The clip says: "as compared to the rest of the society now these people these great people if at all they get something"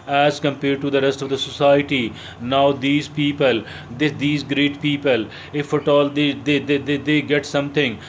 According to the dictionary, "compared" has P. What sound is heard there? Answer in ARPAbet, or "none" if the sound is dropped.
P